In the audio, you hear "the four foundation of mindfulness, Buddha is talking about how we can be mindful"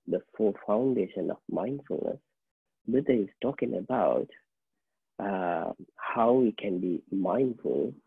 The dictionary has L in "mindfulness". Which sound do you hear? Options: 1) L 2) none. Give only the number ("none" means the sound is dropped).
1